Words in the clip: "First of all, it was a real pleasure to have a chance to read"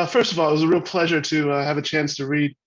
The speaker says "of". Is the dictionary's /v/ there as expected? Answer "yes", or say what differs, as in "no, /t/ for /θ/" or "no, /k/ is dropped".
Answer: yes